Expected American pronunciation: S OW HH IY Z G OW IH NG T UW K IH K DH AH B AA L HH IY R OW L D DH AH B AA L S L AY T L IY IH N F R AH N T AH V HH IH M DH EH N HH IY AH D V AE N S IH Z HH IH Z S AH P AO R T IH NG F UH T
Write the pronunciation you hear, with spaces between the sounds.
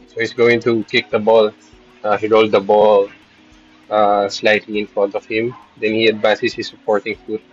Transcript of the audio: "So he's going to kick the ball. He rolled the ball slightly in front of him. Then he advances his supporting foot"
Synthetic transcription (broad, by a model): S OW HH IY S G OW IH NG T UW K IH K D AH B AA L HH IY R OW L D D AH B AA L S L AY T L IY IH N F R AH N T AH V HH IH M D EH N HH IY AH D V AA N S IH S HH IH S AH P AO R T IH NG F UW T